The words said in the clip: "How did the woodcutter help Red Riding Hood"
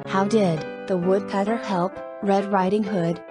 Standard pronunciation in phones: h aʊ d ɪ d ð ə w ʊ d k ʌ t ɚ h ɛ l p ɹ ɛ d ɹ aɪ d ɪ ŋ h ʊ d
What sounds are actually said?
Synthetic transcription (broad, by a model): h aʊ d ɪ d ð ə w ʊ d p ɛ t ɚ h ɛ l p ɹ ɛ d ɹ aɪ d ɪ ŋ h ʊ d